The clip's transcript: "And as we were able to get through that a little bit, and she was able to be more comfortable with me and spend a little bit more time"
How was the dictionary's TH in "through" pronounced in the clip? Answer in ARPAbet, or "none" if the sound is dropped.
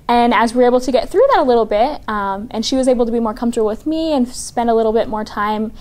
TH